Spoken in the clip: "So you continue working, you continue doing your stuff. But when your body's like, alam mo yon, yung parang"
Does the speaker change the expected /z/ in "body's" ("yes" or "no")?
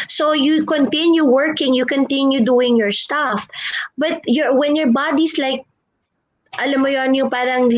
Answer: yes